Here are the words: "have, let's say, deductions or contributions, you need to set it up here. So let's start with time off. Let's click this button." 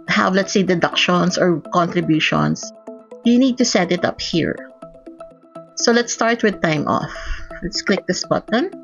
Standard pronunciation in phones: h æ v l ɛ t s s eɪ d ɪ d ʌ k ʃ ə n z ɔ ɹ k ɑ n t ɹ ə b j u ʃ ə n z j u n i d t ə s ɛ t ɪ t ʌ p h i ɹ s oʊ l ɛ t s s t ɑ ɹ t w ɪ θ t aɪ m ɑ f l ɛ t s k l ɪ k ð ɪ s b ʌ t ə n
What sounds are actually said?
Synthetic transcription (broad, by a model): h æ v l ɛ t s s eɪ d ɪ d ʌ k ʃ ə n s ɔ ɹ k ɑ n t ɹ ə b j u ʃ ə n s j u n i d t ə s ɛ t ɪ t ʌ p h i ɹ s oʊ l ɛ t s s t ɑ ɹ t w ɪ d t aɪ m ɑ f l ɛ t s k l ɪ k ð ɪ s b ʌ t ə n